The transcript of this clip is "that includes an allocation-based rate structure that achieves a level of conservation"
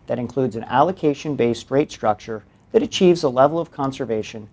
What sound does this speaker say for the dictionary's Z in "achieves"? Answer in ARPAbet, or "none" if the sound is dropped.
Z